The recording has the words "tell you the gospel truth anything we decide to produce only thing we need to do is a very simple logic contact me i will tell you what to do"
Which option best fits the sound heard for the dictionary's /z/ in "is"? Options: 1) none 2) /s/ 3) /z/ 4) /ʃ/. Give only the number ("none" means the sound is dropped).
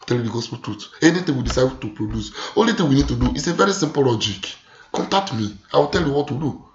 2